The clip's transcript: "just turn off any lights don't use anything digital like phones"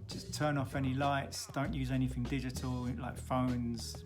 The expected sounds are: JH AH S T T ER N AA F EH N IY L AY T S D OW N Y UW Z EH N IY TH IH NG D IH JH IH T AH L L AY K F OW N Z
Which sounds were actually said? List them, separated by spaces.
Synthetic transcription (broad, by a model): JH AH S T T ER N AA F EH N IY L AY T S D OW N Y UW Z EH N IY TH IH NG D IH JH IH T AH L L AY K F OW N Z